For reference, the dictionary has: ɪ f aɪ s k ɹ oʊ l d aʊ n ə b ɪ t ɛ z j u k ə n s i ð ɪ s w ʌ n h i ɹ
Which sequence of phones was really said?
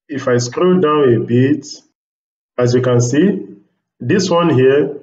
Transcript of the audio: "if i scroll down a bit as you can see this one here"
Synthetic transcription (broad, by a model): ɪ f aɪ s k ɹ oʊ d aʊ n ə b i t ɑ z j u k ə n s i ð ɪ s w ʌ n h i